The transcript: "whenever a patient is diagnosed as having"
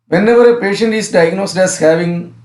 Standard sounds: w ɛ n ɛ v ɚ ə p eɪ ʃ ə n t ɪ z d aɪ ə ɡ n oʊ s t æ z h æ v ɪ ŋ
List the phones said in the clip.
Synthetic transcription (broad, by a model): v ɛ n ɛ v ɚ ə p eɪ ʃ ə n t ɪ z d aɪ ə ɡ n oʊ s t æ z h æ v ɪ ŋ